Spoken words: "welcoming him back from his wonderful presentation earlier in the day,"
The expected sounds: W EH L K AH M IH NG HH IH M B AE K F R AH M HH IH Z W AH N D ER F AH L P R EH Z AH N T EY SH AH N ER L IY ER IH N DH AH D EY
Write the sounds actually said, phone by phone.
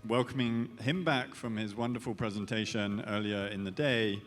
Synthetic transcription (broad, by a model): W EH L K AH M IH NG HH IH M B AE K F R AH M IH Z W AH N D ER F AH L P R EH Z AH N T EY SH AH N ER L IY ER IH N DH AH D EY